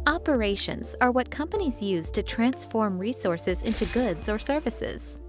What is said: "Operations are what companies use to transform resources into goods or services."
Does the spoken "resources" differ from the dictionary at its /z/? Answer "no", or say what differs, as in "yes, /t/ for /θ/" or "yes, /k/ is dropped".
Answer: no